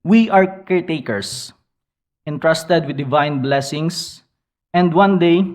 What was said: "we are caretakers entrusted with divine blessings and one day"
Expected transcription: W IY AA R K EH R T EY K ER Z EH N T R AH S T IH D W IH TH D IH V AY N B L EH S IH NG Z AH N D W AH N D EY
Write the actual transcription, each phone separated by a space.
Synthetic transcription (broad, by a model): W IY AA R K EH R T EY K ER S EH N T R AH S T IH D W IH D IH V AY N B L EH S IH NG S AH N D W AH N D EY